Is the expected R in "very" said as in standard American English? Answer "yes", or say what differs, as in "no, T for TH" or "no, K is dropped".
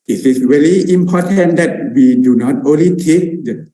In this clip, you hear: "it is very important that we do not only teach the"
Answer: no, L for R